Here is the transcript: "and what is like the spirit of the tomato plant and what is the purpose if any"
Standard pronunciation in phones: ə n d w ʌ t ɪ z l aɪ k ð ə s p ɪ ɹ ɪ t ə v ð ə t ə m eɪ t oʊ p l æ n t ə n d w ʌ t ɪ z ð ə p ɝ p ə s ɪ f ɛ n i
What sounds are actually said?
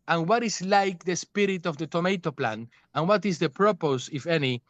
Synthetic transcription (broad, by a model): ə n w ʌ t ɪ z l aɪ k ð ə s p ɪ ɹ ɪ t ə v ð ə t ə m eɪ t oʊ p l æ n ə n w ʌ t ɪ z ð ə p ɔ p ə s ɪ f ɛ n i